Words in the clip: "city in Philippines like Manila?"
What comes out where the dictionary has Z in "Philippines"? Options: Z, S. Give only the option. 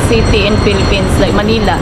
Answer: S